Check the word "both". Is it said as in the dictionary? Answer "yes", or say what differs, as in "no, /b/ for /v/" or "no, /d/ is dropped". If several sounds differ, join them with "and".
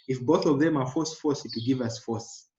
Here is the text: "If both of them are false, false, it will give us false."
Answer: yes